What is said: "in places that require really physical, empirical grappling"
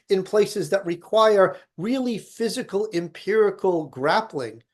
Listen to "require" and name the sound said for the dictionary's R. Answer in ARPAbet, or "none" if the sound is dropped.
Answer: R